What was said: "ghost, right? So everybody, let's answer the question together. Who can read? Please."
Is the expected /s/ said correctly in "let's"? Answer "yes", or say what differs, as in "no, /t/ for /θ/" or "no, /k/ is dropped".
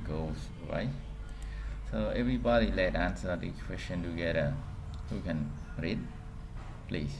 no, /s/ is dropped